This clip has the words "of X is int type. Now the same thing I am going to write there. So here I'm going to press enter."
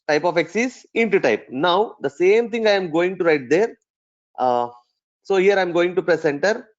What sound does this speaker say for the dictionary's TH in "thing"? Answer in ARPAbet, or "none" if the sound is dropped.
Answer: T